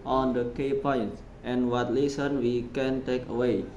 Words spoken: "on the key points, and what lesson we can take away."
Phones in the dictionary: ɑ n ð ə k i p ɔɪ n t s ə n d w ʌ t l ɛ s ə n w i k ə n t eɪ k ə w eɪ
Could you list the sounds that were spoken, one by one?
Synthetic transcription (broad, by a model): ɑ n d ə k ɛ p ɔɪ n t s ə n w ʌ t l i s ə n w i k ə n t eɪ k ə w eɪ